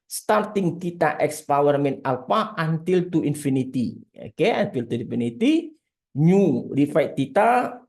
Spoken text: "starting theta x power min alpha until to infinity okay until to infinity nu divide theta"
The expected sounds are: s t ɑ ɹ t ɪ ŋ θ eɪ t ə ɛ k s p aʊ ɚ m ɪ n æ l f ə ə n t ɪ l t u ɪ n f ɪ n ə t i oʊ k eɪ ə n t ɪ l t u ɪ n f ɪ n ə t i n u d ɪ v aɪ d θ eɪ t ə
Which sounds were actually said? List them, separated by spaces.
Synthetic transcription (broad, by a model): s t ɑ ɹ t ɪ ŋ t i t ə ɛ k s p aʊ ɚ m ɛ n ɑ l p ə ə n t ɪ l t u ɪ n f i n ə t i oʊ k eɪ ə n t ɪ l t u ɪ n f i n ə t i n u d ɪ f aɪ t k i t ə